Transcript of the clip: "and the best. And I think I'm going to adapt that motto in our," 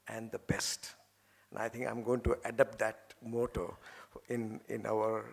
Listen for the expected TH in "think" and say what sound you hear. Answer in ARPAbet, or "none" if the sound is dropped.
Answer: T